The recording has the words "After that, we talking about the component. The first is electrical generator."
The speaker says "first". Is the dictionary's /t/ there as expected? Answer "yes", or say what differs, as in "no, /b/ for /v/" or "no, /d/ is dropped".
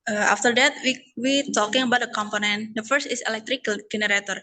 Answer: yes